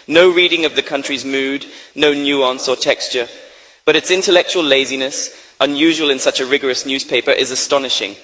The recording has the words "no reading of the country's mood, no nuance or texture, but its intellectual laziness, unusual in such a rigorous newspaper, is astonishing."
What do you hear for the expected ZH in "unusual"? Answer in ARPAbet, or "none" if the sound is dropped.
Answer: ZH